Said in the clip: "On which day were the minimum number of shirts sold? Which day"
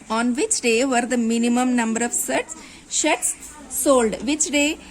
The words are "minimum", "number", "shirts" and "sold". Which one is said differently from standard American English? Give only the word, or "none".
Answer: shirts